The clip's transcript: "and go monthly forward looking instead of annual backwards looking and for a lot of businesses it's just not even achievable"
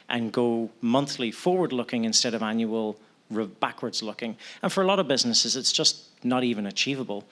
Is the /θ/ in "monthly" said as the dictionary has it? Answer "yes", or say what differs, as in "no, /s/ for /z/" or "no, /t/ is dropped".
yes